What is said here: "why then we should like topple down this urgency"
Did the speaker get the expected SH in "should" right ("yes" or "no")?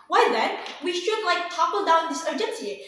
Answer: yes